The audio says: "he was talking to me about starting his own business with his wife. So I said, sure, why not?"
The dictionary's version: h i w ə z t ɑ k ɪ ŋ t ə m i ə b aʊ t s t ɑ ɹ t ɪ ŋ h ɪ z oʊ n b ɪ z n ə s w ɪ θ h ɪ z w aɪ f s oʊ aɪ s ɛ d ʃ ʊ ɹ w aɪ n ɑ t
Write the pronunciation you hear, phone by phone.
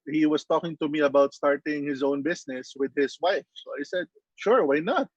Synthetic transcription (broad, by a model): h i w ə s t ɑ k ɪ ŋ t ə m i ə b aʊ t s t ɑ ɹ t ɪ ŋ h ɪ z oʊ n b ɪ s n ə s w ɪ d h ɪ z w aɪ f s oʊ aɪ s ɛ d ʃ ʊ ɹ w aɪ n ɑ t